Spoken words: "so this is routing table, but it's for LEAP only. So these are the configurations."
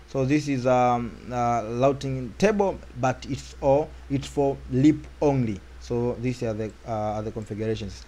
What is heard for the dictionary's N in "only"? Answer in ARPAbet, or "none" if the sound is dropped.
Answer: N